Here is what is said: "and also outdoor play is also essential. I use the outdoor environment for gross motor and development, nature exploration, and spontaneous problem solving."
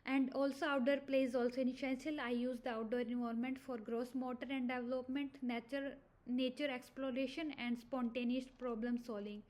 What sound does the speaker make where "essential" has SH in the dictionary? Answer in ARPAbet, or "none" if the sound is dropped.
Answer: S